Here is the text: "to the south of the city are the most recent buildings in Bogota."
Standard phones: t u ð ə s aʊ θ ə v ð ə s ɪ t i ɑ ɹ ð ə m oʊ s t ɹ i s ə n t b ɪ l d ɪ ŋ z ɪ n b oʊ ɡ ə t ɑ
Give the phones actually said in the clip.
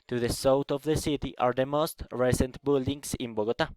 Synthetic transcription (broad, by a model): t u ð ə s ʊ t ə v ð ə s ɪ t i ɑ ɹ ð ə m oʊ s t ɹ i s ə n t b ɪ l d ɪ ŋ s ɪ n b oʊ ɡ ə t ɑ